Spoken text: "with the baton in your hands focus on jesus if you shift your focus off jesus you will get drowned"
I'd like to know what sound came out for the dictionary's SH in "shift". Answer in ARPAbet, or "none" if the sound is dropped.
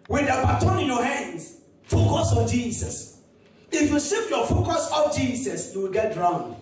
S